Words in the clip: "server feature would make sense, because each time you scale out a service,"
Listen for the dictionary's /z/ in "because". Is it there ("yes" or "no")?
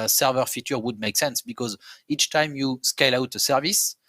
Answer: yes